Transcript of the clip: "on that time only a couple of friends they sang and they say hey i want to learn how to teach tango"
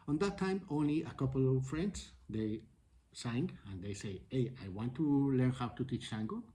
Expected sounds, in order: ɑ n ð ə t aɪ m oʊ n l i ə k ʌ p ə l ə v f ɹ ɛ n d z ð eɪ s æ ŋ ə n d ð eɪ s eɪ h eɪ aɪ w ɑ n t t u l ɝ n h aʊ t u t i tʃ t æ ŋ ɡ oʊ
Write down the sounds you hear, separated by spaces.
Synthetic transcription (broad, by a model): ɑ n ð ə t aɪ m oʊ n l i ə k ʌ p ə l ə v f ɹ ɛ n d s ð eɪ s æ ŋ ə n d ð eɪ s eɪ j eɪ aɪ w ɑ n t t u l ɝ n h aʊ t u t i tʃ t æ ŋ ɡ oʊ